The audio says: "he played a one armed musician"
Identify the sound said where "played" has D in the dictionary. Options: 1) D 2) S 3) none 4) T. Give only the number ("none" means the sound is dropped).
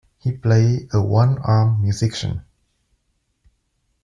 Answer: 3